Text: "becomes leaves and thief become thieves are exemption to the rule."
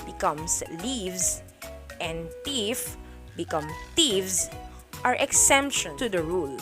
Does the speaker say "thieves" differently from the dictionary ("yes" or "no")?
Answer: yes